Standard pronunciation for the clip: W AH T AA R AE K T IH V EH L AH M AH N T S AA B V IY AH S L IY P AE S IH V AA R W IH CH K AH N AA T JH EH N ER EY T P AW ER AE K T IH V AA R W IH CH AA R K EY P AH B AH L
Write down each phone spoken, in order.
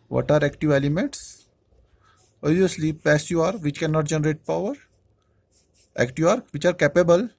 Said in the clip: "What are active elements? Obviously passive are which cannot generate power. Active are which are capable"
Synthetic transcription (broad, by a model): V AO T AA R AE K T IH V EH L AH M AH N T S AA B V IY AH S L IY P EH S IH AA R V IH CH K AH N AA T JH EH N ER EY T P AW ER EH K T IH AA R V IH CH AA R K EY P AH B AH L